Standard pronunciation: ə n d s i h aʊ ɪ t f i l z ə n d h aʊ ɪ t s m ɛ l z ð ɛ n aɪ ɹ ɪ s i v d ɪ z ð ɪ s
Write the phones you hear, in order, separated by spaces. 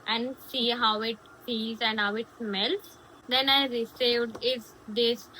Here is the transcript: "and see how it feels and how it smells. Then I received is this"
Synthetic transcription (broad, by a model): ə n d s i h aʊ ɪ t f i z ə n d h aʊ ɪ t s m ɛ l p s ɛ n aɪ ɹ ɪ s i v d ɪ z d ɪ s